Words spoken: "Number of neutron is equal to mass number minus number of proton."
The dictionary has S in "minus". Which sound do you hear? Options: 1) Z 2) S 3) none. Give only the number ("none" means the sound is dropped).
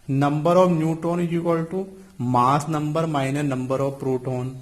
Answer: 3